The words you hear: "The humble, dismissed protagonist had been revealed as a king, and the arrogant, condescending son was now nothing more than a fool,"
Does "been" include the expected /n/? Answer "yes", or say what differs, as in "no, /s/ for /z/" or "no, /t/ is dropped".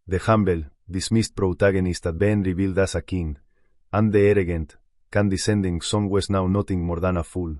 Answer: yes